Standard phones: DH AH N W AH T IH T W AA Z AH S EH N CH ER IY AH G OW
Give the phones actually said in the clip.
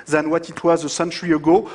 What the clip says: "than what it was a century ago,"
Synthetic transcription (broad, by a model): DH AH N W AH T IH T W AA Z AH S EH N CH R IY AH G OW